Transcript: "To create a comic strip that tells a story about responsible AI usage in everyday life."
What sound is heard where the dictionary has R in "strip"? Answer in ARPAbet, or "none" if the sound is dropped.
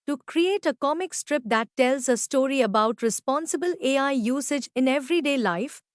R